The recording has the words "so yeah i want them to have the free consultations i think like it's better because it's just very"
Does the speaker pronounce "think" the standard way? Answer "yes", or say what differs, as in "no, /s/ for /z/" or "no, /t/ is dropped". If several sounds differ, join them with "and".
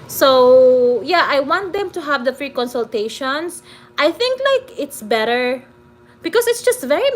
yes